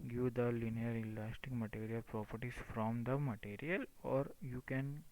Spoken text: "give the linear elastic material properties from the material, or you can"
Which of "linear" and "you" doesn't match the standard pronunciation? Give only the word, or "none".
none